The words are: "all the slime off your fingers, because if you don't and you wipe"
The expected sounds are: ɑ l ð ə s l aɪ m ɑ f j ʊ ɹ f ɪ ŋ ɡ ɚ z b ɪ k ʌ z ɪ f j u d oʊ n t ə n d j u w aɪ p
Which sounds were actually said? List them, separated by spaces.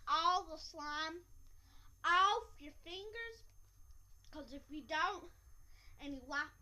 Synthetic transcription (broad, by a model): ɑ l ð ə s l aɪ m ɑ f j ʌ ɹ f ɪ ŋ ɡ ɚ z k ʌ z ɪ f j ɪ d oʊ n t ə n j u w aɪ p